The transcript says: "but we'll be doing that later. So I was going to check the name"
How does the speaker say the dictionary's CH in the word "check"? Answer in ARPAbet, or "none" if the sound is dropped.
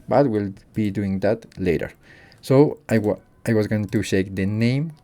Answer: SH